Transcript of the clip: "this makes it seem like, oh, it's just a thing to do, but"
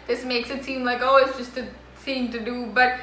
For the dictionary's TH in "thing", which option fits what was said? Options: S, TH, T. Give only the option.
S